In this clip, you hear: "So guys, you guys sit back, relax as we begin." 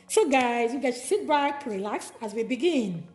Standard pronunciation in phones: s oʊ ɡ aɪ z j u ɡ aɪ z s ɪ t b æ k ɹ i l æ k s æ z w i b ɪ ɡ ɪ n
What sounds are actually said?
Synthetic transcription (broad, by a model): s oʊ ɡ aɪ z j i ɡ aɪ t s ɪ t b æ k ɹ i l æ k s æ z w i b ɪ ɡ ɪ n